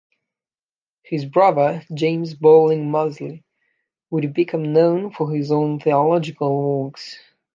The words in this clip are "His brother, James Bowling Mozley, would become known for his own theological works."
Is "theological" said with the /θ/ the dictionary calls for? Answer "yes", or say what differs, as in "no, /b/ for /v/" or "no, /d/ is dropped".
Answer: yes